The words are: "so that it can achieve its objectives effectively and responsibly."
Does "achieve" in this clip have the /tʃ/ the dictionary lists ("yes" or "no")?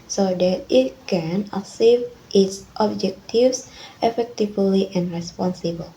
no